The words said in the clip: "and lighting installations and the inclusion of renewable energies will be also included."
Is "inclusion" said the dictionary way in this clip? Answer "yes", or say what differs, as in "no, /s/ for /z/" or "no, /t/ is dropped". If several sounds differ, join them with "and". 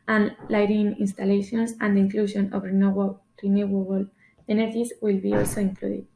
no, /ʃ/ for /ʒ/